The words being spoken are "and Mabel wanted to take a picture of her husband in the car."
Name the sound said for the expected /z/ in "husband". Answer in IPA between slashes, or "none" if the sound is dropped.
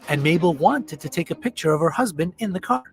/z/